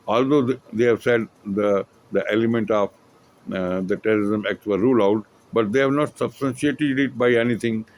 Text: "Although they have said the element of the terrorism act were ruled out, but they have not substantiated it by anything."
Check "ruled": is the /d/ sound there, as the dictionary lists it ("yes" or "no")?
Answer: no